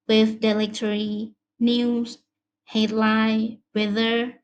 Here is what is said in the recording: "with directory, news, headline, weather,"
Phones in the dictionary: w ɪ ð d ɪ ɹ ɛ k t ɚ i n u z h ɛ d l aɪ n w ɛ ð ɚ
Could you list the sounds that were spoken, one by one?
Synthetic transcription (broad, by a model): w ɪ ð d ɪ l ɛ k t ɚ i n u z h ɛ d l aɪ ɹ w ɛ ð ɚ